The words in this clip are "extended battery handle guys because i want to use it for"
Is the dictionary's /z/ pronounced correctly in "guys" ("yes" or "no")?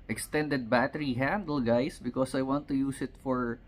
no